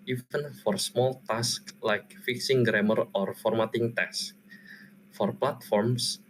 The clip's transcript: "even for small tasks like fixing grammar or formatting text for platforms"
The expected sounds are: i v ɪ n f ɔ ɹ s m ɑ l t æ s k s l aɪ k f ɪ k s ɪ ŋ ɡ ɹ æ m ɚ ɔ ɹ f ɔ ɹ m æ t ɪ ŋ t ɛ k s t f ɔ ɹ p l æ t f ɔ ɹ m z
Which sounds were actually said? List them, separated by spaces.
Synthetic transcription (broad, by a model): i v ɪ n f ɔ ɹ s m ɑ l t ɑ s k l aɪ k f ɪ k s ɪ ŋ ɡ ɹ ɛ m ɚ ɔ ɹ f ɔ ɹ m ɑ t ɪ ŋ t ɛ s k f ɔ ɹ p l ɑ t f ɔ ɹ m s